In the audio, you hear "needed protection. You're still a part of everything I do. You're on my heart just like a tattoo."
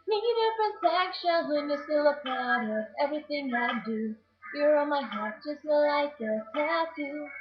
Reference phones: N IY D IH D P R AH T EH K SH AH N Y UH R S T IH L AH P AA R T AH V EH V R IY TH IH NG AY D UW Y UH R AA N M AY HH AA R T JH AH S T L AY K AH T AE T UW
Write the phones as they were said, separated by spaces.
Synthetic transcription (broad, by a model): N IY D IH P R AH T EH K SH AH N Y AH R S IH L AH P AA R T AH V EH V R IY TH IH NG AY D UW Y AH R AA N M AY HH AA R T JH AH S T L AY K AH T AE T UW